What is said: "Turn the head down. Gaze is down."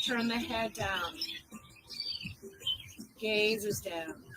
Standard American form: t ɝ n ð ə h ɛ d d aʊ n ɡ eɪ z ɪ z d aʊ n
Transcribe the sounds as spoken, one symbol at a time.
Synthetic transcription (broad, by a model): t ɝ n ð ə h ɛ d d aʊ n ɡ eɪ z ɪ z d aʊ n